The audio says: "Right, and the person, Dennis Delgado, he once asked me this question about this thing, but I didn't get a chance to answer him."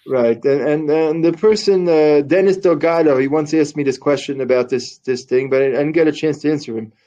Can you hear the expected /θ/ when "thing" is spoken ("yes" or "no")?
yes